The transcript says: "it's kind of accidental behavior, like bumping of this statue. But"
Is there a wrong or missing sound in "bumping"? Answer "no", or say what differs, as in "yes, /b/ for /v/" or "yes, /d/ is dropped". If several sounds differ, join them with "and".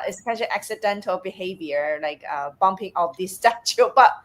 no